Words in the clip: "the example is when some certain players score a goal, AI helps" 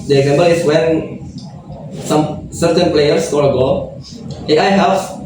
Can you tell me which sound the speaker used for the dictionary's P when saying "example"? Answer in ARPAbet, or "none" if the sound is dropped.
B